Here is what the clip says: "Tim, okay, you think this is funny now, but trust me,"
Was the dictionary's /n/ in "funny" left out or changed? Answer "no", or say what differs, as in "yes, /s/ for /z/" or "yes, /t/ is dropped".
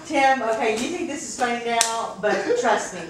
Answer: yes, /n/ is dropped